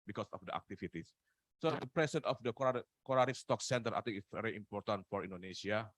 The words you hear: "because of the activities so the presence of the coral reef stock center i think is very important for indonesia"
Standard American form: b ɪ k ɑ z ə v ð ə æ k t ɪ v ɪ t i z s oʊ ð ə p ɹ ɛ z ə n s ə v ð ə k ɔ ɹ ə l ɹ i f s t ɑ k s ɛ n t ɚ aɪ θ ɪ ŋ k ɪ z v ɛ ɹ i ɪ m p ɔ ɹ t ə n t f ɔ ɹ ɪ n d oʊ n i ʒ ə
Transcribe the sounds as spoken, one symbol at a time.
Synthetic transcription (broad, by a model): b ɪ k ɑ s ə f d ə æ k t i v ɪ t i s s oʊ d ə p ɹ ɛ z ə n ə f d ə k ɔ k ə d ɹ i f s t ɑ k s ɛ n t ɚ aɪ t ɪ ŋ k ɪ s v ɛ ɹ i ɪ m p ɔ ɹ t ə n t f ɔ ɹ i n d oʊ n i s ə